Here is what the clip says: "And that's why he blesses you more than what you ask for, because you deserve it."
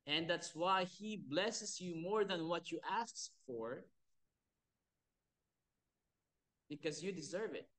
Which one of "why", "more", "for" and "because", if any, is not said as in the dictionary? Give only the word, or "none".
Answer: none